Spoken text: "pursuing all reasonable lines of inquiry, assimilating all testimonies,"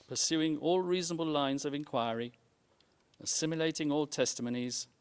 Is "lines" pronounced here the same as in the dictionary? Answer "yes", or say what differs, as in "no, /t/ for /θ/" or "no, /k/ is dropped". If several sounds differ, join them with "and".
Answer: yes